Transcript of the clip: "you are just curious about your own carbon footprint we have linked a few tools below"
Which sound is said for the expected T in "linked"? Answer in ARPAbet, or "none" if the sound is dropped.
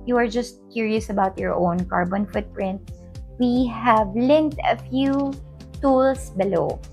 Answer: T